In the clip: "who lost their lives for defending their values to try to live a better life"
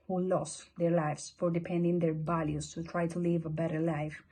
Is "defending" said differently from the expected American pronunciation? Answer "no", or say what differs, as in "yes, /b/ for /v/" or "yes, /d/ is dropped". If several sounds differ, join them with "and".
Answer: yes, /p/ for /f/